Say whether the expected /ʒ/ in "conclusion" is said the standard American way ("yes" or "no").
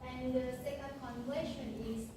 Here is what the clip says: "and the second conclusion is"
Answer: no